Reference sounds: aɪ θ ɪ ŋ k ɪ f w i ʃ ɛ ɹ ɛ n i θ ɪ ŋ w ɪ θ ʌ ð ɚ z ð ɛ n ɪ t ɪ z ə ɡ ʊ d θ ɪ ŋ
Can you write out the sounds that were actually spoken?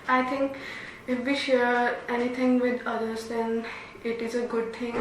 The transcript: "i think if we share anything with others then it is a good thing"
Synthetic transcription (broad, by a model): aɪ t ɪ ŋ k ɪ f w i ʃ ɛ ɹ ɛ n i t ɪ ŋ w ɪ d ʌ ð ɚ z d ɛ n ɪ t ɪ z ə ɡ ʊ d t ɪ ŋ